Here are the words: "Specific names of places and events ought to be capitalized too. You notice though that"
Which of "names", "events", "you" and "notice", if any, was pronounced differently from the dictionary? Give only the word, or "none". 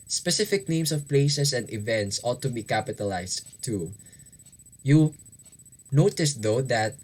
names